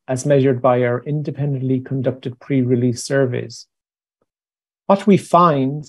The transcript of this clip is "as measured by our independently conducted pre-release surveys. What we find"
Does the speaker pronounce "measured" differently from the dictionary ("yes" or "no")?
no